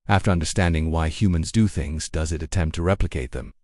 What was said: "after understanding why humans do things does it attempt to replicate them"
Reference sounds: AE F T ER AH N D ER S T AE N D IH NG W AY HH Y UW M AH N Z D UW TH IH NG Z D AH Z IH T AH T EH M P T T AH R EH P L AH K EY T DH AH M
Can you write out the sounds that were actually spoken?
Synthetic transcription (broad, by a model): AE F T ER AH N D ER S T AE N D IH NG W AY HH Y UW M AH N Z D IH TH IH NG Z D AH Z IH T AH T EH M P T T AH R EH P L AH K EY T DH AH M